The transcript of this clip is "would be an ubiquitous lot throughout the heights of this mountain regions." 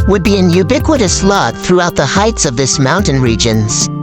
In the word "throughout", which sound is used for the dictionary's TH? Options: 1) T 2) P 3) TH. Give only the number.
3